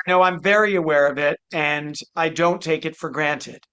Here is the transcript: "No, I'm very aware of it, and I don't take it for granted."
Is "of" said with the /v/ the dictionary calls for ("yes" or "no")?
yes